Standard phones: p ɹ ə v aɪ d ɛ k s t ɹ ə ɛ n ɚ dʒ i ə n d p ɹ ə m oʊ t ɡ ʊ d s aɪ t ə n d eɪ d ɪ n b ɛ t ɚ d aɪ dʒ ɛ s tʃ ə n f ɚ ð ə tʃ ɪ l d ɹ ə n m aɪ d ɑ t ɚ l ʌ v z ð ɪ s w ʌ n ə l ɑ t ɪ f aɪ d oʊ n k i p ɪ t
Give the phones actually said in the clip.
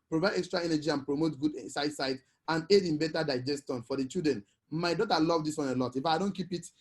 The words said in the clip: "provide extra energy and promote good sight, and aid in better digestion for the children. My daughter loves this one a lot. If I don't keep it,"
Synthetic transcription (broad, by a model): p ɹ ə v aɪ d ɛ k s t ɹ ə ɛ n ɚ dʒ i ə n p ɹ ə m oʊ t ɡ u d s aɪ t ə n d eɪ d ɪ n b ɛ t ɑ d aɪ dʒ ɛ s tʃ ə n f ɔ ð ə tʃ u d ɹ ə n m aɪ d ɑ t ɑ l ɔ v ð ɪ s w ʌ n ə l ɑ t ɪ f aɪ d oʊ n k i p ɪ t